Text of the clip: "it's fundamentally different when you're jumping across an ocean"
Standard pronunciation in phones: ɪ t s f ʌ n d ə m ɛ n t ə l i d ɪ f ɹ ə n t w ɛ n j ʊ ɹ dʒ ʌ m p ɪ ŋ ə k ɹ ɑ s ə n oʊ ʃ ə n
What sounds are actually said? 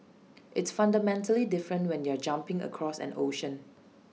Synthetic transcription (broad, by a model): ɪ t s f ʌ n d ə m ɛ n t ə l i d ɪ f ɹ ə n t w ɛ n j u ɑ dʒ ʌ m p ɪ ŋ ə k ɹ ɑ s ə n oʊ ʃ ə n